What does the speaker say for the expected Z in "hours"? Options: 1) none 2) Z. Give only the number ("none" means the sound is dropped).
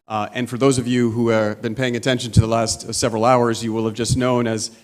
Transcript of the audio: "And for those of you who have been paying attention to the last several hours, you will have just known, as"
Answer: 2